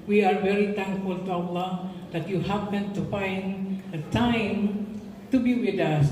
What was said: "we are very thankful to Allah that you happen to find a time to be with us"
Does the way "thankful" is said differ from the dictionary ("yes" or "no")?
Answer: yes